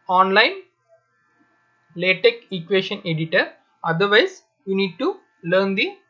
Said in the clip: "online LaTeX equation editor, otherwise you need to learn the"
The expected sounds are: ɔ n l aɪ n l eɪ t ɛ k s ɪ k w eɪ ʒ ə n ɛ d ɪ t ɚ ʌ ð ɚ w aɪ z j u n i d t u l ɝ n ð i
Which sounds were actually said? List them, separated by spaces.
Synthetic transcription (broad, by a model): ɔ n l aɪ n l eɪ t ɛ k ɪ k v eɪ ʃ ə n ɛ d ɪ t ɚ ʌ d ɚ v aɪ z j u n i d t u l ɝ n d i